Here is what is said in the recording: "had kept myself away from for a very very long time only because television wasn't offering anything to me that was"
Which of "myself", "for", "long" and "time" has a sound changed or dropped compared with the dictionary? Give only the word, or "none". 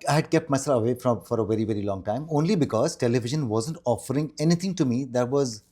myself